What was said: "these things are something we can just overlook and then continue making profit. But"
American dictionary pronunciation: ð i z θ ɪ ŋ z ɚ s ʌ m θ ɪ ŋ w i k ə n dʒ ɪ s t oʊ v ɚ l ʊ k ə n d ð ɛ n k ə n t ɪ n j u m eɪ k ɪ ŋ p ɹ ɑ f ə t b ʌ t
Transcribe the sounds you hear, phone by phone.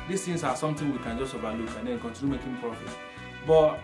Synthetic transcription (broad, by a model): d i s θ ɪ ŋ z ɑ s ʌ m t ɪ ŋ w i k ə n dʒ ɪ s t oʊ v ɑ l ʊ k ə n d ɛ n k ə n t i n j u m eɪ k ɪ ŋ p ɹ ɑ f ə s b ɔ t